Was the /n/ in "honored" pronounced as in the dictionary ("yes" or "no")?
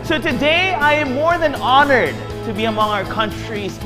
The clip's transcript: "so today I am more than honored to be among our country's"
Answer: yes